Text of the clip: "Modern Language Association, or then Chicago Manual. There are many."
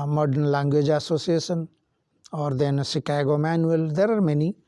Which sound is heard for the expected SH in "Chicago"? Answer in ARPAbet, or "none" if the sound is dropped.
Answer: S